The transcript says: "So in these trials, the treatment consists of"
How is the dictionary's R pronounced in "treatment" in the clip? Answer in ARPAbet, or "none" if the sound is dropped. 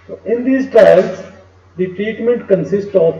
R